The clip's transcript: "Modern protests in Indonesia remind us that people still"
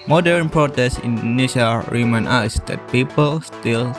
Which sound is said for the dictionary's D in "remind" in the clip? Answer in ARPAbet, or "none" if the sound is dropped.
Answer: none